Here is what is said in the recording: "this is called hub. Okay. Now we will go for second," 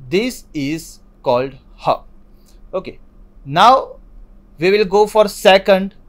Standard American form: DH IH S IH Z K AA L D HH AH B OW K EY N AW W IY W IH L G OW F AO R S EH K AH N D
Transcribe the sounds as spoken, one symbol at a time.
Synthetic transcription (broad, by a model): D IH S IH Z K AA L D HH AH OW K EY N AW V IY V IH L G OW F AO R S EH K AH N D